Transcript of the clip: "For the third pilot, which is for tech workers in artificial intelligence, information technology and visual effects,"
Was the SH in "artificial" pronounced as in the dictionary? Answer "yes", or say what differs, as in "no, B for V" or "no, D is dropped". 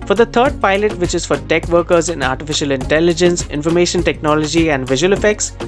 yes